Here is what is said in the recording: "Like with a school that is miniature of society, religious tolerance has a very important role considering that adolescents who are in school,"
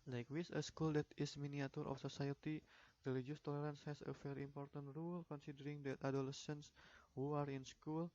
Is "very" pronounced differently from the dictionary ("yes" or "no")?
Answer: yes